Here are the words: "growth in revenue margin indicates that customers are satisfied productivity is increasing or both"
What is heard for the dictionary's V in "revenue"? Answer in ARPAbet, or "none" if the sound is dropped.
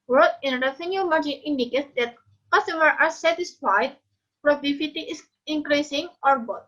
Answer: F